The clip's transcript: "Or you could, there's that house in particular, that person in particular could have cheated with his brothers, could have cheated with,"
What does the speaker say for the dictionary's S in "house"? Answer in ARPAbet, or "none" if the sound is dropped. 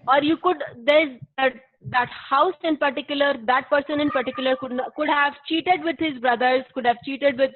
S